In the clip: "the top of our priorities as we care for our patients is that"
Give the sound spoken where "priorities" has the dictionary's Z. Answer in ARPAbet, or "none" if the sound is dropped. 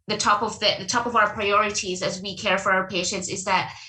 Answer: Z